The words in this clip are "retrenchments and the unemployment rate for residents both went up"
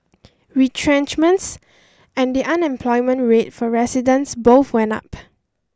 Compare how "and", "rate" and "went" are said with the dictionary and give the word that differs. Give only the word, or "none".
went